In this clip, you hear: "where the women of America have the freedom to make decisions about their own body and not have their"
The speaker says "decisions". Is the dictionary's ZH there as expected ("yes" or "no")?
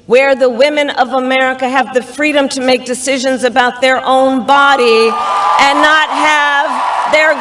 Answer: yes